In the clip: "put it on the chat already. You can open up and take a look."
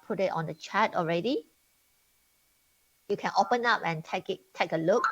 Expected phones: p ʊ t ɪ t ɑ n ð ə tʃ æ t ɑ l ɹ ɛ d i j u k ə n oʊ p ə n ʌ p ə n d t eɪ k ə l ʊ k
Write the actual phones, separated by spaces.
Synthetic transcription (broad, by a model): p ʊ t ɪ t ɑ n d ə tʃ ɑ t ɑ l ɹ ɛ d i j u k ə n oʊ p ə n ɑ p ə n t t eɪ k ə l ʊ k